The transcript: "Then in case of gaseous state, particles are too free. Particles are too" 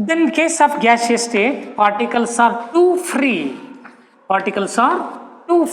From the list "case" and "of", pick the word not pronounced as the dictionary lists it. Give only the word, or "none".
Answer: of